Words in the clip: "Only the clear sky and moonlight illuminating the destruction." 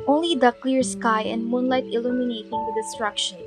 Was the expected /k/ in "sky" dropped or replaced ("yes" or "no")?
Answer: no